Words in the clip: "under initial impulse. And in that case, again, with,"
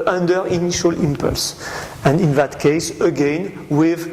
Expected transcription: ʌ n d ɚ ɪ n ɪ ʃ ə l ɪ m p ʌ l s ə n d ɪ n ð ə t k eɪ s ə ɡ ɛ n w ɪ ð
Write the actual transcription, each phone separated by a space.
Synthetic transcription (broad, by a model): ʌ n d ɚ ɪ n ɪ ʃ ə l ɪ m p ʌ l s ə n d ɪ n ð ə t k eɪ s ə ɡ ɛ n w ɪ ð